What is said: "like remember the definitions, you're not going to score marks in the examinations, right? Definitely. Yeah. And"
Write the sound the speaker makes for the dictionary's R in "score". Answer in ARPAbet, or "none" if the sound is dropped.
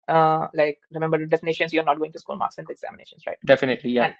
L